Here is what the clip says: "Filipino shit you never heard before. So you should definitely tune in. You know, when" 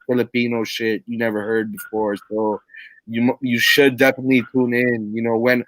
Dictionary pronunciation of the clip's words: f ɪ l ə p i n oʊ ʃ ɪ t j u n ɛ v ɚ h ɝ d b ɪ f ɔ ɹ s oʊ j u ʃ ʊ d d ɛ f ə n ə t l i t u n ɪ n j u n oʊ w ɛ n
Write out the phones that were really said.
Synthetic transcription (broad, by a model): f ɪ l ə p i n oʊ ʃ ɪ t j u n ɛ v ɚ h ɝ d b ɪ f ɔ ɹ s oʊ j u ʃ ʊ d d ɛ f ə n ə t l i t u n ɪ n j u n oʊ w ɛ n